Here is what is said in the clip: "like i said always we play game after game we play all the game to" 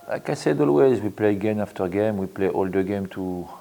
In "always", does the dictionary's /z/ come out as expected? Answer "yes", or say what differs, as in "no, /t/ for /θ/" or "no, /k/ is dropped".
yes